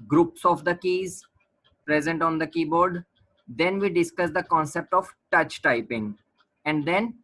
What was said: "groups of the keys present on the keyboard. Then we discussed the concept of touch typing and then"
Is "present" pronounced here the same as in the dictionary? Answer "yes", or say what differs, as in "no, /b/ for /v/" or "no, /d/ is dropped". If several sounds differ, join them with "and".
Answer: yes